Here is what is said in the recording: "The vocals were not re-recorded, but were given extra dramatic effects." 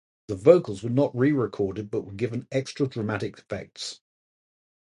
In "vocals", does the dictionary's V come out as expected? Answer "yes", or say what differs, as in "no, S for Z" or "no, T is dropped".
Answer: yes